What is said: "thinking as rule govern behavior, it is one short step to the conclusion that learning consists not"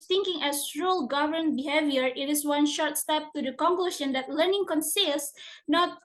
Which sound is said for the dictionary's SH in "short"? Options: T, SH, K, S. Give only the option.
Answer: SH